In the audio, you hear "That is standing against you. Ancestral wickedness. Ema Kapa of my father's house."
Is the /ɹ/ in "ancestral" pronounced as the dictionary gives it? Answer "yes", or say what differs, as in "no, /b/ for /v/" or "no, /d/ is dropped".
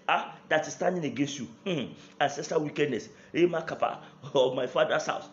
no, /ɹ/ is dropped